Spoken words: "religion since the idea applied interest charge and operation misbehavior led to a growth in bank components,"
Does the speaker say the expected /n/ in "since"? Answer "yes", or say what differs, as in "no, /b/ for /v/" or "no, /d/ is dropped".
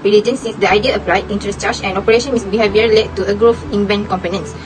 no, /n/ is dropped